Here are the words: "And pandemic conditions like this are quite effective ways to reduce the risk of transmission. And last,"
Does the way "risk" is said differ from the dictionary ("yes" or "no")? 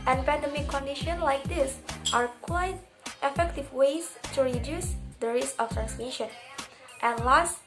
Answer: yes